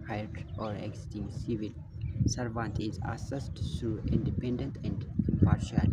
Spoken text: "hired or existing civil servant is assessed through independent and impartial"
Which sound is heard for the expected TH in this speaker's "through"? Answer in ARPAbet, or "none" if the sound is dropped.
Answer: T